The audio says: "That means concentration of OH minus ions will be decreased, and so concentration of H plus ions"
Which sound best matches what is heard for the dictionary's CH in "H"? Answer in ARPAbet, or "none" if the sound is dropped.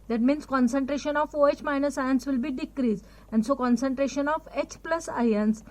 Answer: CH